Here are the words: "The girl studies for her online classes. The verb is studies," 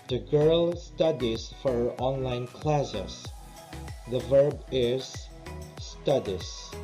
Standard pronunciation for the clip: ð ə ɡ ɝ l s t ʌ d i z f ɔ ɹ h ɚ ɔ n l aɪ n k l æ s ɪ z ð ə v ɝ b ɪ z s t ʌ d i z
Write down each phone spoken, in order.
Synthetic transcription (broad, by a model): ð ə ɡ ɝ l s t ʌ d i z f ɔ ɹ ɔ n l aɪ n k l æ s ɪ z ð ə v ɝ b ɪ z s t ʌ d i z